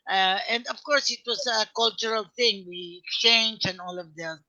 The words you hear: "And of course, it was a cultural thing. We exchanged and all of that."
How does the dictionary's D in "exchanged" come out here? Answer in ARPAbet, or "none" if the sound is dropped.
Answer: none